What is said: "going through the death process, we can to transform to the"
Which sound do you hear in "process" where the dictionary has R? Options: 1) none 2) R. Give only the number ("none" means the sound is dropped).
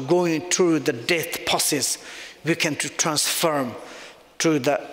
1